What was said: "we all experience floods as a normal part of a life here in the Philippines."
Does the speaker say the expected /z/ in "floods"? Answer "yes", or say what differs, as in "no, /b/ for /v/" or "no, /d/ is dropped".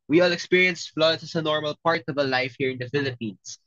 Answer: no, /s/ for /z/